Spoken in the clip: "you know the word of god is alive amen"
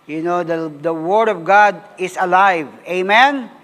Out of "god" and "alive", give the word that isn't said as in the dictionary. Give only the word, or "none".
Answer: none